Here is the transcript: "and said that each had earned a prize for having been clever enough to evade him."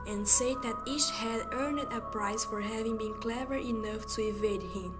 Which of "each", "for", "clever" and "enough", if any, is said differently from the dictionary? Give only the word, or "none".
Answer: none